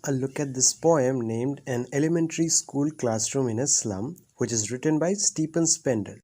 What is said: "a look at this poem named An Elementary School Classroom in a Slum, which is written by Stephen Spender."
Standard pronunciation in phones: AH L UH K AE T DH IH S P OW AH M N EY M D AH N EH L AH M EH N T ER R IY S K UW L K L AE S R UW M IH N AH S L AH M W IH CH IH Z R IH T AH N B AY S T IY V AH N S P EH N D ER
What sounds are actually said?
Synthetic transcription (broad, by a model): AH L UH K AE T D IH S P OW AH M N EY M D AH N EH L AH M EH N T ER R IY S K UW L K L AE S R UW M IH N AH S L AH M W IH CH IH Z R IH T AH N B AY S T IY P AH N S P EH N D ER